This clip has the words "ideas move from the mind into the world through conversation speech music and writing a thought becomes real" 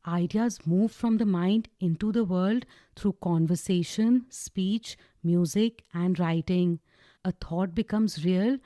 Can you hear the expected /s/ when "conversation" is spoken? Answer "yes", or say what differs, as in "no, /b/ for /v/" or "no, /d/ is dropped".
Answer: yes